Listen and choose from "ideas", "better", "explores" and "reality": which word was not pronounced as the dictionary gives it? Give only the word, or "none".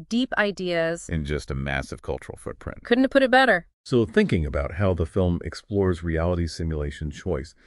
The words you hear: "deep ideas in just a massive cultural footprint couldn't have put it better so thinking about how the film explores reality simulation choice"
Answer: none